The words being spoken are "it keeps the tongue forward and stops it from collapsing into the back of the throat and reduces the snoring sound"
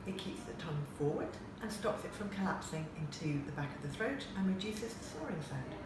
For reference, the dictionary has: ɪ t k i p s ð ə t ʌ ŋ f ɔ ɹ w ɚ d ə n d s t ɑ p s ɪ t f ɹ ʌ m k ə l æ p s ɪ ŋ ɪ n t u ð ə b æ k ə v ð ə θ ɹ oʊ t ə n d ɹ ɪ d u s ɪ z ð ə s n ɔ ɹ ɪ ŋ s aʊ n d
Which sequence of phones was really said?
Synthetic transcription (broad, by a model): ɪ t k i p s ð ə t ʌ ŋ f ɔ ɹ w ɚ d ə n s t ɑ p s ɪ t f ɹ ʌ m k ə l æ p s ɪ ŋ ɪ n t u ð ə b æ k ə v ð ə θ ɹ oʊ t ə n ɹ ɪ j u s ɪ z ð ə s ɔ ɹ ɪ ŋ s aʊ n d